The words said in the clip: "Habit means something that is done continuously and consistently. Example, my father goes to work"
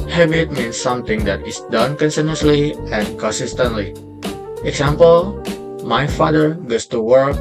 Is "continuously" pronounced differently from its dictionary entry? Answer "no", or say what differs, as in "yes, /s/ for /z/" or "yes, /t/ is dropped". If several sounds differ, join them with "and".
yes, /s/ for /t/